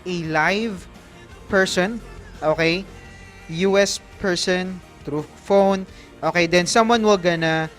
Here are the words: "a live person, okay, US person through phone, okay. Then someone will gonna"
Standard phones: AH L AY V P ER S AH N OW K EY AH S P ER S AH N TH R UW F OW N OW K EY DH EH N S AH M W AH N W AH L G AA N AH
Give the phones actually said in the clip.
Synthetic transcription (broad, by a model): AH L AY V P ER S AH N OW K EY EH S P ER S AH N T R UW F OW N OW K EY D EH N S AH M W AH N W AH L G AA N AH